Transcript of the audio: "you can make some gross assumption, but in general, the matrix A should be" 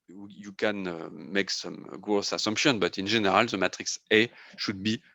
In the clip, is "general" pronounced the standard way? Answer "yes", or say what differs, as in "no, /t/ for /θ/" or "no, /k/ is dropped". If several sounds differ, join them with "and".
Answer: no, /ʒ/ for /dʒ/